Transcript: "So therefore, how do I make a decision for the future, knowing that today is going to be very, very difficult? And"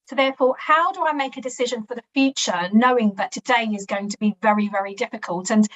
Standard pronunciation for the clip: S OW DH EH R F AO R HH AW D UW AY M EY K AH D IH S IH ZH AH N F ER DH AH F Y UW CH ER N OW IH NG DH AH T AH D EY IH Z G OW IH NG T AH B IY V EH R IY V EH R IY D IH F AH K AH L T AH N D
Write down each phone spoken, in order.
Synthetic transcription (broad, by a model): S OW DH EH F AO HH AW D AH AY M EY K AH D IH S IH ZH AH N F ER DH AH F Y UW CH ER N OW IH NG DH AH T AH D EY IH Z G OW IH NG T AH B IY V EH R IY V EH R IY D IH F AH K AH L T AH N